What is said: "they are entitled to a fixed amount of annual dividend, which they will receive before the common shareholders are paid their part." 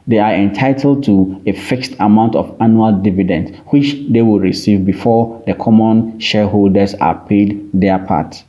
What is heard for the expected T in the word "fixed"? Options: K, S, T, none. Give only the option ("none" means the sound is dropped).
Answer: T